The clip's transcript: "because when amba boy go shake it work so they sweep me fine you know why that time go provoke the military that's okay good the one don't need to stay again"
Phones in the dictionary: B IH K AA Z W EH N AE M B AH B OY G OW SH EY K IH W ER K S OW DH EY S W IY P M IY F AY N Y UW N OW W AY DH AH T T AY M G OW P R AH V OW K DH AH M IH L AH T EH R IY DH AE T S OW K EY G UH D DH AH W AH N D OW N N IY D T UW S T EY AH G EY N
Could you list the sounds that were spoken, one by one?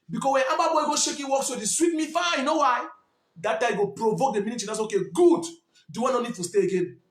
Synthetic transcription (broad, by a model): B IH K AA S W EH N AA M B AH B OY G OW SH EY K IH W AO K S OW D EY S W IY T M IY F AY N Y UW N OW W AY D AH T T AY G OW P R AH V OW K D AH M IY N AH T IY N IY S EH OW K EY G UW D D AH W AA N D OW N N IY D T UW S T EY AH G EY N